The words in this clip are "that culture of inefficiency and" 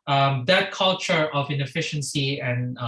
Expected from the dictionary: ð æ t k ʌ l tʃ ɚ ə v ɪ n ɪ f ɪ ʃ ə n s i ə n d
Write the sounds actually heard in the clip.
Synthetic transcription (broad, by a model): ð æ t k ʌ l tʃ ɚ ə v ɪ n ɪ f ɪ ʃ ə n s i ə n